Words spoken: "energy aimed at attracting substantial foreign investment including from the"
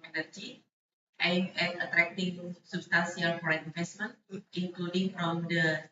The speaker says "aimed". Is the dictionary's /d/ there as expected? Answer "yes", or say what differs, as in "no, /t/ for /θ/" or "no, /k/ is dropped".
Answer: no, /d/ is dropped